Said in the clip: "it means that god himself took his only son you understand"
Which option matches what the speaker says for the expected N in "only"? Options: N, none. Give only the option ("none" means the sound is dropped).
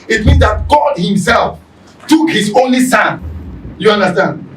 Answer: N